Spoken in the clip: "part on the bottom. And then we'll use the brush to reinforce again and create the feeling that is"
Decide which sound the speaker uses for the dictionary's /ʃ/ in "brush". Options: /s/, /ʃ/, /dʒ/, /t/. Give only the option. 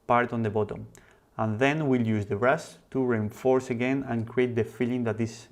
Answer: /s/